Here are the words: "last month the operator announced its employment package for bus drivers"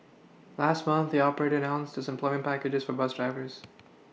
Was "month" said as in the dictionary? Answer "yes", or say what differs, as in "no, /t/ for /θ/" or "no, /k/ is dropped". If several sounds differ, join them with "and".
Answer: yes